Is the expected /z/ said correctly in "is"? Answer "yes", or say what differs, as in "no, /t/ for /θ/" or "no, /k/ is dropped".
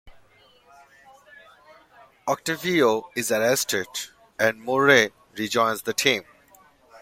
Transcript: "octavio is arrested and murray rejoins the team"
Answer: yes